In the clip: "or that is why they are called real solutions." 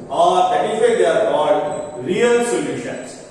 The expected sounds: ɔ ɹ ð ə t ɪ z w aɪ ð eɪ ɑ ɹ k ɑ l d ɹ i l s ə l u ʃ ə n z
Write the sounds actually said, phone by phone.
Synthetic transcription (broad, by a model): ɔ ɹ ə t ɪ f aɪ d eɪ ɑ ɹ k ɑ d ɹ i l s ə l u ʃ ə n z